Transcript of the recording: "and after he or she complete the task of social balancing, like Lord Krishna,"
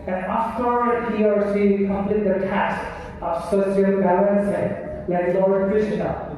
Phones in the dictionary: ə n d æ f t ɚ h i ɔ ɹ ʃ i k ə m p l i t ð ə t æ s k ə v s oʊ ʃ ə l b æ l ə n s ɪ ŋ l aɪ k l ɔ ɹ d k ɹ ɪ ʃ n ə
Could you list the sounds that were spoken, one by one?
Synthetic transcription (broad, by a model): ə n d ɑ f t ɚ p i ɔ ɹ s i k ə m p l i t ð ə t æ s k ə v s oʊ s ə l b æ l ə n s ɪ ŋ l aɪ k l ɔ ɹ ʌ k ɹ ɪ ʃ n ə